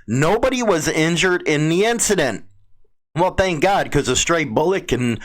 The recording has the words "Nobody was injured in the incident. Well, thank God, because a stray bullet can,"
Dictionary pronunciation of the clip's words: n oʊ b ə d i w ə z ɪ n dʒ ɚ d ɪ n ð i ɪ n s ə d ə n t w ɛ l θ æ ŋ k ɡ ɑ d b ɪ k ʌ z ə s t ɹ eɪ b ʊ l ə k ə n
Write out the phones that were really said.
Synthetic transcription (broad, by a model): n oʊ b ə d i w ə z ɪ n dʒ ɚ d ɪ n ð i ɪ n s ə d ə n t w ɛ l θ æ ŋ k ɡ ɑ d k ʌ z ə s t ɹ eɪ b ʊ l ə k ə n